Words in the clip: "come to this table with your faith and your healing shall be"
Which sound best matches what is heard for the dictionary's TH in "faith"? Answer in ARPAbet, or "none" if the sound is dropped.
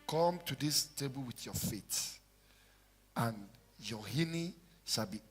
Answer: T